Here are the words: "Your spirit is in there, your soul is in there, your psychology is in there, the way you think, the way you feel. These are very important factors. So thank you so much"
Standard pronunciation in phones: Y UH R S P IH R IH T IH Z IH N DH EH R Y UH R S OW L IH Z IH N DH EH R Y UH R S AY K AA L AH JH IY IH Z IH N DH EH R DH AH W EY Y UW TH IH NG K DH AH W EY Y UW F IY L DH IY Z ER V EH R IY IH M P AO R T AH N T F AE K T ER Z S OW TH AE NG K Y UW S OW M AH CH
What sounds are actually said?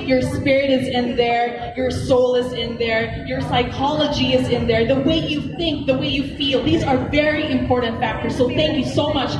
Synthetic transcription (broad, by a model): Y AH R S P IH R IH T IH Z IH N DH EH R Y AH R S OW L IH Z IH N DH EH R Y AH R S AY K AA L AH JH IY IH Z IH N DH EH R DH AH W EY Y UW TH IH NG K DH AH W EY Y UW F IY L DH IY Z ER V EH R IY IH M P AO R T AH N T F AE K T ER Z S OW TH AE NG K Y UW S OW M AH CH